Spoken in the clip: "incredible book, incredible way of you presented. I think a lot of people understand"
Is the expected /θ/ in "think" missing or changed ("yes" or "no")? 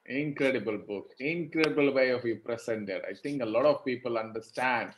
yes